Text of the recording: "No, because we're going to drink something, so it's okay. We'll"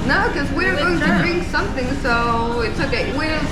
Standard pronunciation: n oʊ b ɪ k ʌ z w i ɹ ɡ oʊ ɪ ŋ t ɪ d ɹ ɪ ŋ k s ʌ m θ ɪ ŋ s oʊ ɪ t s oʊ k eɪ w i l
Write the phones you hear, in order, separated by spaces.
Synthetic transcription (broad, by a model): n oʊ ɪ k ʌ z w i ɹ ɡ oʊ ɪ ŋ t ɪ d ɹ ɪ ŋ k s ʌ m θ ɪ ŋ s oʊ ɪ t s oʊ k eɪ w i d